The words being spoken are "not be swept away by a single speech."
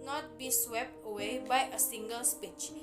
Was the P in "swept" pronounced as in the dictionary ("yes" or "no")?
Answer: yes